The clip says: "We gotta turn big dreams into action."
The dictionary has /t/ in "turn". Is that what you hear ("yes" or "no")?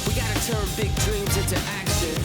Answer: yes